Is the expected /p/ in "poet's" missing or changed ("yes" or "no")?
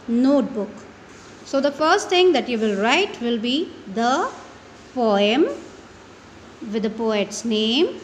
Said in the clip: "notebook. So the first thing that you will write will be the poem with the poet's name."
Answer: no